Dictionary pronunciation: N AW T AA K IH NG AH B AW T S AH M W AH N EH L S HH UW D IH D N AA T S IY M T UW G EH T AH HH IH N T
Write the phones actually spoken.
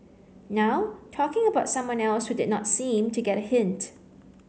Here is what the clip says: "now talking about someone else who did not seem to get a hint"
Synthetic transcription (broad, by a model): N AW T AA K IH NG AH B AW T S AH M W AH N EH L S HH UW D IH D N AA T S IY M T UW G EH T AH HH IH N T